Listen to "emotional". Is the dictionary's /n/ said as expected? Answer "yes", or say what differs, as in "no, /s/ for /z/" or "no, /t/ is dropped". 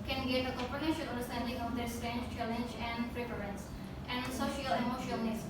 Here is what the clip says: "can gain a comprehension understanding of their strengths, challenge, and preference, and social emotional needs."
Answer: no, /n/ is dropped